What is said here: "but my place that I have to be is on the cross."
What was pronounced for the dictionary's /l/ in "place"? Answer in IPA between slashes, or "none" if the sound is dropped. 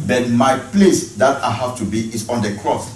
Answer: /l/